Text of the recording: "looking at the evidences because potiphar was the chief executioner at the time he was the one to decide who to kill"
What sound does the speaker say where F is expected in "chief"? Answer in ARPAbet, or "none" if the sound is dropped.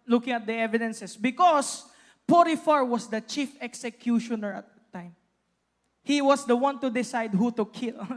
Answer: F